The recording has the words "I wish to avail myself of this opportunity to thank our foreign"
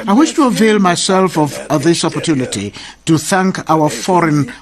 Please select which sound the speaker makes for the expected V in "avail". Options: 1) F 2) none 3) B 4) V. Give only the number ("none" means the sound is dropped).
4